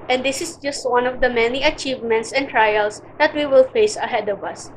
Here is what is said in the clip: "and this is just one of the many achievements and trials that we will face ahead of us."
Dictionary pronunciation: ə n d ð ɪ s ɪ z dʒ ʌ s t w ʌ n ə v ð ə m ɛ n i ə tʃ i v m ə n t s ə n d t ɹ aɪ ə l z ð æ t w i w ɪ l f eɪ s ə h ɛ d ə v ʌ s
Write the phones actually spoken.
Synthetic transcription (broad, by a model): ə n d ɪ s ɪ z dʒ ʌ s t w ʌ n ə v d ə m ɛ n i ə tʃ i v m ə n t s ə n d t ɹ aɪ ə l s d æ t w i w ɪ l f eɪ s ə h ɛ d ə v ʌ s